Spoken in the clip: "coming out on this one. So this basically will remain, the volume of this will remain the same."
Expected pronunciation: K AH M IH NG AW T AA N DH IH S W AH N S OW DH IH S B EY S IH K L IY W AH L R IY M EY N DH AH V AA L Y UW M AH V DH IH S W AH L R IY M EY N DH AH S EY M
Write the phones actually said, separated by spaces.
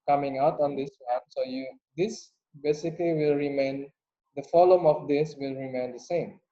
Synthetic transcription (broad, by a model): K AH M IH NG AW T AA N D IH S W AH N S OW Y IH S B EY S IH K L IY W AH L R IY M EY N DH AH F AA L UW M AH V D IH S W AH L R IY M EY N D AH S EY M